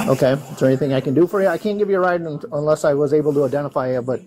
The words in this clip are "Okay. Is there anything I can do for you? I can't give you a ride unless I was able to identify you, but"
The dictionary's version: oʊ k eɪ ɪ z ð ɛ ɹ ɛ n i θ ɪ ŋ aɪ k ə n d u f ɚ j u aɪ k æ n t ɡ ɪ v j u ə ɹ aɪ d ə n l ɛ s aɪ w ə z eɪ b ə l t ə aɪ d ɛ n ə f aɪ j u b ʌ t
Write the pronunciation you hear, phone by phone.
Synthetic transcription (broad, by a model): oʊ k eɪ ɪ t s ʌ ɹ ɛ n i θ ɪ ŋ aɪ k ə n d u f ɚ j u aɪ k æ n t ɡ ɪ v j ə ɹ aɪ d ə n l ɛ s aɪ w ə z eɪ b l t ə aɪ d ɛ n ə f aɪ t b ʌ t